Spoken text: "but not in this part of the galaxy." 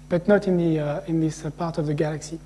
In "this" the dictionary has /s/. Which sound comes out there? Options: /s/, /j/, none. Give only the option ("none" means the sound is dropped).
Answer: /s/